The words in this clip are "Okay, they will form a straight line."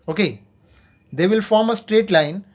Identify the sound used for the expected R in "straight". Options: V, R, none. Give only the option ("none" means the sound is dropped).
R